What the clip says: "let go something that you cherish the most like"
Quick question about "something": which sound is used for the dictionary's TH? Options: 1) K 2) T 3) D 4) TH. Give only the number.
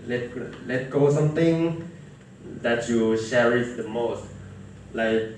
2